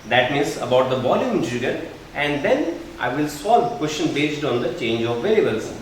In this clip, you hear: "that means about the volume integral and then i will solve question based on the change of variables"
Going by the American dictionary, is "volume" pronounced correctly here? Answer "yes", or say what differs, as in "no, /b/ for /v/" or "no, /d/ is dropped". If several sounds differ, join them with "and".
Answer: no, /b/ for /v/